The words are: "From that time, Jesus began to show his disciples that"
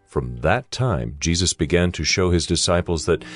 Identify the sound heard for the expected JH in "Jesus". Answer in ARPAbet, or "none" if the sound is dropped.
JH